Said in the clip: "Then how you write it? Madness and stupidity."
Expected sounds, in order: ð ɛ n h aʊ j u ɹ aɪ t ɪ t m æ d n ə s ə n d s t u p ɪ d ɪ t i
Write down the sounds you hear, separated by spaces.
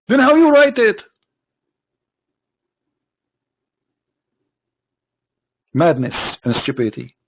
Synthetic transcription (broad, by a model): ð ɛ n h aʊ j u ɹ aɪ t ɪ t m æ d n ə s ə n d s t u p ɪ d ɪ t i